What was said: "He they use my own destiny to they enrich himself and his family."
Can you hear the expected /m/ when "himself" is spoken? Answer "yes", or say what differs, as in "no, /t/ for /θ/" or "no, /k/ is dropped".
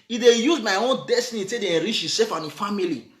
no, /m/ is dropped